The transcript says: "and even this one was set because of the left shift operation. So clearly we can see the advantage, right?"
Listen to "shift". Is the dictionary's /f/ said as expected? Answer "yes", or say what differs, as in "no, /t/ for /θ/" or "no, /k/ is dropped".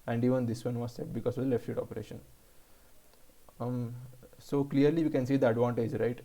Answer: no, /f/ is dropped